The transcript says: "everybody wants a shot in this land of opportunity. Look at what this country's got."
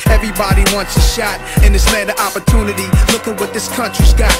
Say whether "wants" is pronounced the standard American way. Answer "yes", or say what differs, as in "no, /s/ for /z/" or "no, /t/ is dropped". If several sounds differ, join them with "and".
yes